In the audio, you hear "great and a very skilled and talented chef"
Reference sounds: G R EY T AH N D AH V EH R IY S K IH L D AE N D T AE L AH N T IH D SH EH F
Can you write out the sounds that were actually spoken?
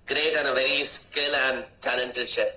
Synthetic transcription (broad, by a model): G R EY T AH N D AH V EH R IY S K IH L AE N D T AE L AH N T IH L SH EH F